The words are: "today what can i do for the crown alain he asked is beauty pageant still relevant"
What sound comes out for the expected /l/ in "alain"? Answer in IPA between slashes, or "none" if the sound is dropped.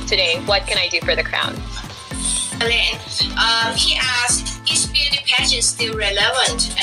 /n/